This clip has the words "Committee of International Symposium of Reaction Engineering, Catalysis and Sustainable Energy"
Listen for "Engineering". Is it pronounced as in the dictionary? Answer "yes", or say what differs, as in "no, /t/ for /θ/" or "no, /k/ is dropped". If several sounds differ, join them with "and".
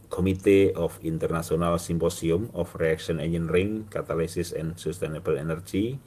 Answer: no, /dʒ/ is dropped